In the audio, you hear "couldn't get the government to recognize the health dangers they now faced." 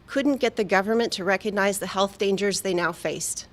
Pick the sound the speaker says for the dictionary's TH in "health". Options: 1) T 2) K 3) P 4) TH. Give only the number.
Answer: 4